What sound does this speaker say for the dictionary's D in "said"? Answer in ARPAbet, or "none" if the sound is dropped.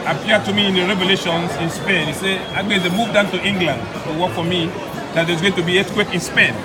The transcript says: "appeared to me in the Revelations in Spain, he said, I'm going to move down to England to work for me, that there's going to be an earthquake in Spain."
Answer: none